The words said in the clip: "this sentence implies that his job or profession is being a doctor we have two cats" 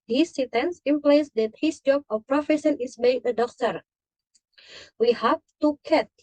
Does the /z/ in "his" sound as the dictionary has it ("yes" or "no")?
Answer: no